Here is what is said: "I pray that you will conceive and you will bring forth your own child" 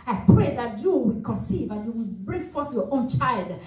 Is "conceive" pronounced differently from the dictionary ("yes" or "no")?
no